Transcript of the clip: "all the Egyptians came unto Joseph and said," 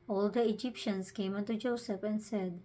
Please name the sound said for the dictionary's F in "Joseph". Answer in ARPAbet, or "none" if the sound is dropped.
P